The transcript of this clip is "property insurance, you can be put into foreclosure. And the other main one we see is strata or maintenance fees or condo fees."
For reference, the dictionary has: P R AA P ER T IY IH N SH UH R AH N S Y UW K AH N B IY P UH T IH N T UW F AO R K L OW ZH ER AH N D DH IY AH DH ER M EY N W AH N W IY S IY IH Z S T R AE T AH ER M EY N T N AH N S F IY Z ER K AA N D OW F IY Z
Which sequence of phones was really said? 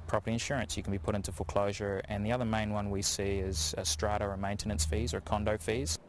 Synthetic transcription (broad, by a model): P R AA P ER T IY IH N SH UH R AH N S Y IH K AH N B IY P UH T IH N T UW F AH L K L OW ZH ER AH N DH IY AH DH ER M EY N W AH N W IY S IY IH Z S T R AE T AH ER M EY N T N AH N S F IY Z ER K AA N D OW F IY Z